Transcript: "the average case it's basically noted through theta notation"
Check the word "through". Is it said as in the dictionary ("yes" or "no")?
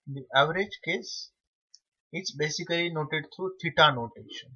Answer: no